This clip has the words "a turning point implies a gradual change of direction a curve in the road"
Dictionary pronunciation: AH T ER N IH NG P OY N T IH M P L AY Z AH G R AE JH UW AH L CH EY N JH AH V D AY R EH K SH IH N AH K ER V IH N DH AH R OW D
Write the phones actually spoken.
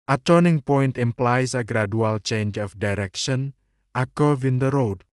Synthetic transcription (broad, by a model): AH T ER N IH NG P OY N T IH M P L AY S AH G R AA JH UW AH L CH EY N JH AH F D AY R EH K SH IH N AH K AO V IH N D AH R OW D